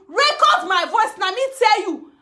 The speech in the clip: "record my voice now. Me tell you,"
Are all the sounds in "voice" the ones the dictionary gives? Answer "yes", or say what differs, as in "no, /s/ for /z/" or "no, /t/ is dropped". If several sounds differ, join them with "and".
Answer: yes